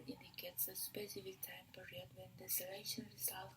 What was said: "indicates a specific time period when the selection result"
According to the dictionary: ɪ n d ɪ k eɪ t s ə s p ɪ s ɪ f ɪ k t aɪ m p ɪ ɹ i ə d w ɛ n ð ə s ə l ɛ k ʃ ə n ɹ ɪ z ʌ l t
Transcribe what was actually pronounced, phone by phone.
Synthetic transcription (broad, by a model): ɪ n d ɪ k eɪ t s ə s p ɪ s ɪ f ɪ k t aɪ m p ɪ ɹ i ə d w ɛ n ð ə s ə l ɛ ʃ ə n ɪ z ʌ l